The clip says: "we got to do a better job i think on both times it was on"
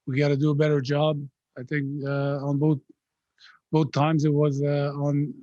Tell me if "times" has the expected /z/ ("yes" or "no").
yes